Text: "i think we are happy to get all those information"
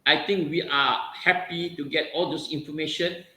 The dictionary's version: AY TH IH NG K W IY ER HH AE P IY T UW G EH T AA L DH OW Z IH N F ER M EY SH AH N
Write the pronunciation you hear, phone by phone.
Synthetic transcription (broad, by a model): AY T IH NG K W IY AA HH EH P IY T UW G EH T AA L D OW S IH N F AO M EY SH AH N